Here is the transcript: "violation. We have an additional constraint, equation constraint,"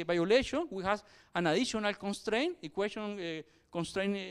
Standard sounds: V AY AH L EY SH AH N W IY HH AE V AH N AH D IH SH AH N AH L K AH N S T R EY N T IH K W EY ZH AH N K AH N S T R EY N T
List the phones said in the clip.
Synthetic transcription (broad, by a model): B AY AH L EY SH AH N W IY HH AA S AH N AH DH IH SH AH N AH L K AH N S T R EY N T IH K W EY S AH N K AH N S T R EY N